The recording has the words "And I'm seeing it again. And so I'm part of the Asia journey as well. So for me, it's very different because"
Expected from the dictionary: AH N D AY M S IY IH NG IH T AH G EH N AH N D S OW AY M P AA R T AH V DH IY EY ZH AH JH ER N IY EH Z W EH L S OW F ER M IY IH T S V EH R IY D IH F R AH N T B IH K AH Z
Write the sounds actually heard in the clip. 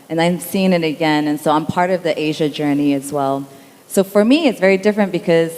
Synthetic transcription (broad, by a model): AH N AY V S IY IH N IH T AH G EH N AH N S OW AY M P AA R T AH V DH IY EY ZH AH JH ER N IY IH Z W EH L S OW F ER M IY IH T S V EH R IY D IH F R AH N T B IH K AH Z